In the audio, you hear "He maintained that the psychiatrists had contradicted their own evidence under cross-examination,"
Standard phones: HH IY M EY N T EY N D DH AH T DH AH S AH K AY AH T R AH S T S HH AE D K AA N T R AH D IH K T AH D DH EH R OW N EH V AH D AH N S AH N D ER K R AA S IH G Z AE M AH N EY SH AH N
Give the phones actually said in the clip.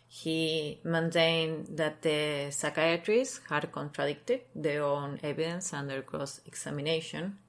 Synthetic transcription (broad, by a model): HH IY M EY N T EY N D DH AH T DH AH S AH K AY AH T R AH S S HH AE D K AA N T R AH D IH K T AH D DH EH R OW N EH B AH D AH N S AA N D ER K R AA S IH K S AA M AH N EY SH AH N